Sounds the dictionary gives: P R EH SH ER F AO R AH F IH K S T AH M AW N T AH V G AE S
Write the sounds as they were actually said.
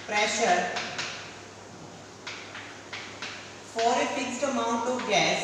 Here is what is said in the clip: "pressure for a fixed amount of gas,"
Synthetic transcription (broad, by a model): P R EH SH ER F AO R AH F IH K S T AH M AW N T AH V G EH S